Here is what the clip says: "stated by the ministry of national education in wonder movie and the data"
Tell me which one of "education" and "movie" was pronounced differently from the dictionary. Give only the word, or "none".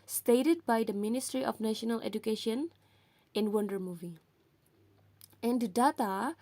none